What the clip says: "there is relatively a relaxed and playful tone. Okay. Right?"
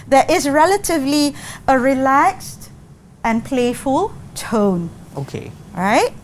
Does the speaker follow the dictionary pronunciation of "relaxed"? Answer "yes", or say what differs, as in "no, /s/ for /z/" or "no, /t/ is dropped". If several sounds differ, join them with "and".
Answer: yes